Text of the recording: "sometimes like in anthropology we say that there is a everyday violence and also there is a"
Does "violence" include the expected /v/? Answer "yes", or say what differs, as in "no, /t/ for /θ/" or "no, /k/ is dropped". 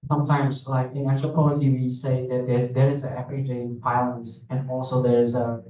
no, /f/ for /v/